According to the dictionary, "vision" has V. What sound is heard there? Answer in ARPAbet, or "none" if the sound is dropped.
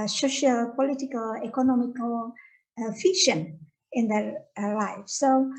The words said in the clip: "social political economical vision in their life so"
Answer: F